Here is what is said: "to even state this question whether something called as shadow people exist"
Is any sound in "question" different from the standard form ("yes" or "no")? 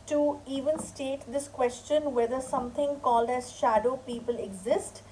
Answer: no